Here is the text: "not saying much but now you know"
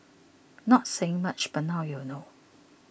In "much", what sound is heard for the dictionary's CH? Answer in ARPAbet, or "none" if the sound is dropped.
CH